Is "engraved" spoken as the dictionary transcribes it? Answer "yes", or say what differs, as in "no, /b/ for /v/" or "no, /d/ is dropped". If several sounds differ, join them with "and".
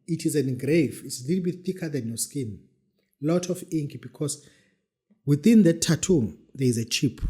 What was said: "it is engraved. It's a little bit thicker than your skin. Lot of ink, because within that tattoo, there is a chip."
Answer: no, /d/ is dropped